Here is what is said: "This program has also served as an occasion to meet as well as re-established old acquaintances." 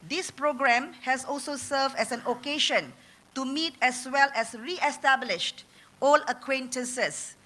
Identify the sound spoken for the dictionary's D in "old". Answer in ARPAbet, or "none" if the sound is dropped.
none